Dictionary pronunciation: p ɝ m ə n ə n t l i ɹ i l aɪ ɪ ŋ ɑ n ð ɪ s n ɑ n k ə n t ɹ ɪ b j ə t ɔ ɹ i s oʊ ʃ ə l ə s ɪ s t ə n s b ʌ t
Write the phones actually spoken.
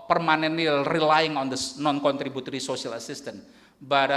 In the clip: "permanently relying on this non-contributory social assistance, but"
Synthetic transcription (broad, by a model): p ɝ m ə n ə n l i ɹ i l aɪ ɪ ŋ ɑ n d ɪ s n ɑ n k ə n t ɹ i b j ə t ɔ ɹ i s oʊ s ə l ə s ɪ s t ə n b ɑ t